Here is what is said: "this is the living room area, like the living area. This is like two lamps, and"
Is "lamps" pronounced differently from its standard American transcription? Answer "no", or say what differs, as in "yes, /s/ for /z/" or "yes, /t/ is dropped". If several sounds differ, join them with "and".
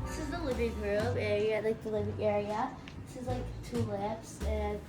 yes, /m/ is dropped